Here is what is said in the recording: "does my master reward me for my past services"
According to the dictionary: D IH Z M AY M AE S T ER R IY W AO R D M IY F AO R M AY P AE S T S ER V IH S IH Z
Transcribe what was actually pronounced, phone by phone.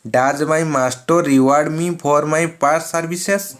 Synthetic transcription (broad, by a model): D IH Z M AY M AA S T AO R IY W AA R D M IY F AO R M AY P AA T S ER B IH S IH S